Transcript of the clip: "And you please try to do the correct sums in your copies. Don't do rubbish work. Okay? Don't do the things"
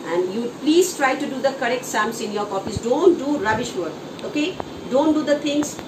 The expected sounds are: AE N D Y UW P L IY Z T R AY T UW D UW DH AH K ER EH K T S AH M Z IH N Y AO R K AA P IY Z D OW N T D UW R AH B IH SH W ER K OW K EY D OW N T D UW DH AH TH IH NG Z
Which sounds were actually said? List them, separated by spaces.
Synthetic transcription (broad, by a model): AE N D Y UW P L IY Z T R AY T UW D UW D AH K ER EH K T S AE M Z IH N Y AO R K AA F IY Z D OW N T D UW R AH B IH SH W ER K OW K EY D OW N T D UW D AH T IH NG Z